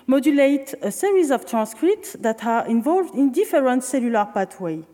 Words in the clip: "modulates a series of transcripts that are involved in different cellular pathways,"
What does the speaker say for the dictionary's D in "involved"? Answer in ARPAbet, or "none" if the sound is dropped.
D